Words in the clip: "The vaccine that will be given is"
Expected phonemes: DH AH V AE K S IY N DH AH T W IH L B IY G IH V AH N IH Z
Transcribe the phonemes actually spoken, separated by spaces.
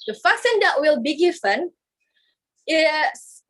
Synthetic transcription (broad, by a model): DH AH F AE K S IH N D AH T W IH L B IY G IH F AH N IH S